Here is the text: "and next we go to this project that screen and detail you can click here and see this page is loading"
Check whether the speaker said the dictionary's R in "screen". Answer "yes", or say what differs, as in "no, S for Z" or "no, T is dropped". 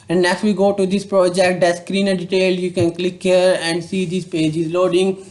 yes